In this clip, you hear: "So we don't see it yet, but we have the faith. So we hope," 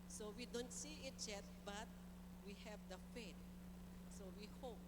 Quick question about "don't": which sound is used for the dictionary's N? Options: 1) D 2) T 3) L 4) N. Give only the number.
4